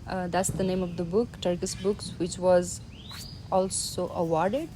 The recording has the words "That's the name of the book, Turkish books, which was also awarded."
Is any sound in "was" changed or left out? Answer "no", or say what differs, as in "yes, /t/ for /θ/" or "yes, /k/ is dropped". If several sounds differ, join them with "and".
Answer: no